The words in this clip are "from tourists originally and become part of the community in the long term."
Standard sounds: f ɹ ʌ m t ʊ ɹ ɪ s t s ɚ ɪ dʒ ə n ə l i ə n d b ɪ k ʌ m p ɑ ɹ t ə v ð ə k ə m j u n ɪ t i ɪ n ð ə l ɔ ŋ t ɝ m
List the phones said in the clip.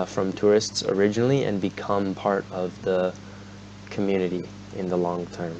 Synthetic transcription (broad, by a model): f ɹ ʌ m t ʊ ɹ ɪ s t s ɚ ɪ dʒ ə n l i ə n b ɪ k ʌ m p ɑ ɹ t ə v ð ə k ə m j u n ɪ t i ɪ n ð ə l ɔ ŋ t ɝ m